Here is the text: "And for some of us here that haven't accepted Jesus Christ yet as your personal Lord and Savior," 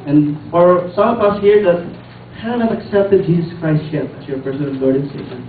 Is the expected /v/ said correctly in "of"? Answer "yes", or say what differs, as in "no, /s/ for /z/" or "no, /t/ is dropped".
no, /p/ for /v/